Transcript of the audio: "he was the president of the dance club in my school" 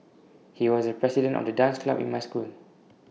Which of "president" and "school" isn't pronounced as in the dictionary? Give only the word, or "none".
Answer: president